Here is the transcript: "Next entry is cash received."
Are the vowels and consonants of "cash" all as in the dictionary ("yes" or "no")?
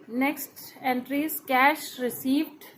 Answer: yes